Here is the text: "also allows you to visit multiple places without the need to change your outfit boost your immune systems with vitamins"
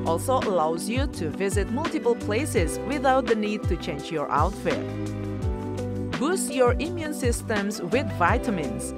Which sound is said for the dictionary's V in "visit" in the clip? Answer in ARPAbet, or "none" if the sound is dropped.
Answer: V